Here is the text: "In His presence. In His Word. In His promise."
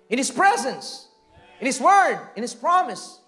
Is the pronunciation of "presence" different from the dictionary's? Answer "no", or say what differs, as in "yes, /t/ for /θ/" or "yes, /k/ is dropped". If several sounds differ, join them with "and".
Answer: no